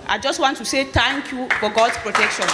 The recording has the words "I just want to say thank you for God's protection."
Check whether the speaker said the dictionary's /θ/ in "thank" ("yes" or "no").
no